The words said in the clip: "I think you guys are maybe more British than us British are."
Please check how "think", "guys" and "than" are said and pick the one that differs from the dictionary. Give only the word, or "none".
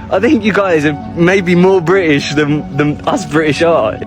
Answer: none